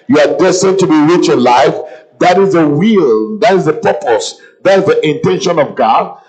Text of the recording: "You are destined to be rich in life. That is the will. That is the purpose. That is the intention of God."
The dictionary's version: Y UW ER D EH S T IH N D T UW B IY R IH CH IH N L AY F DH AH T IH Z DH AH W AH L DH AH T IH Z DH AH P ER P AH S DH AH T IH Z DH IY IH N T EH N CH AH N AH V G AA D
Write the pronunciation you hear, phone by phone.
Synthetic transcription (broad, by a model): Y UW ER D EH S T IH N T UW B IY R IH CH IH N L AY F DH AH T IH Z DH AH W AH L DH AH T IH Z DH AH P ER P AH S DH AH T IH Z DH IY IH N T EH N SH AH N AH V G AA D